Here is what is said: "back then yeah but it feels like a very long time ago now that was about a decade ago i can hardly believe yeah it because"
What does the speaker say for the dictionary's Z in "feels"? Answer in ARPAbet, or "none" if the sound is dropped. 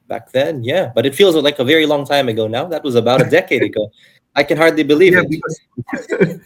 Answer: Z